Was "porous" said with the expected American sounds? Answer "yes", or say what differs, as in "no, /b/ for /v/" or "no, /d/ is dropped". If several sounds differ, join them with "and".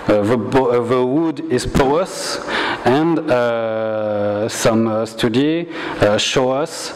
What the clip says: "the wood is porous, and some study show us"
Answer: no, /ɹ/ is dropped